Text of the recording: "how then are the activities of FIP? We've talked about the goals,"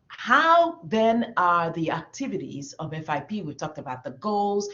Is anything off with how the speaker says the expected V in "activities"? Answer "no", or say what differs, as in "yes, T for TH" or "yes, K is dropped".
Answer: no